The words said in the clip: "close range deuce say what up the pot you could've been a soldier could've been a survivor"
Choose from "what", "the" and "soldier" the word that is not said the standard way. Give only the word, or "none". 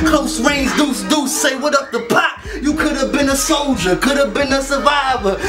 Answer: none